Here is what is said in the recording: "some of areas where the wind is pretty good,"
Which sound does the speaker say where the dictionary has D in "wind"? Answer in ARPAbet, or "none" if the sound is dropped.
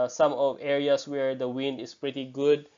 D